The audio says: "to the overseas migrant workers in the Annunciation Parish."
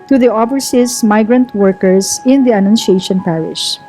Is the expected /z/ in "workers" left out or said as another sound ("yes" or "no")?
yes